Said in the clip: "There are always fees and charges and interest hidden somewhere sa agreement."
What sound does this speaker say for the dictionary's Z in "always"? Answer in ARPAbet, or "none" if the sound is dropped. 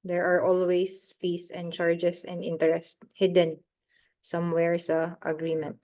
S